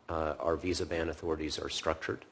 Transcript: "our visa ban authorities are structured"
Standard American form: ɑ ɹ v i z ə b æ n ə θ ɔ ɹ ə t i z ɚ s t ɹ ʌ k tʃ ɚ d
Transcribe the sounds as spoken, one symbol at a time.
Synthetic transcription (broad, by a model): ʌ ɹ v i z ə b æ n ə θ ɔ ɹ ə t i z ɚ s t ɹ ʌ k tʃ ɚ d